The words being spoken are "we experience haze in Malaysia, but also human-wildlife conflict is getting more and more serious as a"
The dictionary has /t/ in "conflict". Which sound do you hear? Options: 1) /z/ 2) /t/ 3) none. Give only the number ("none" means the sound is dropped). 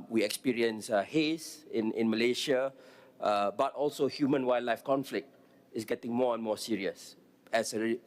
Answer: 2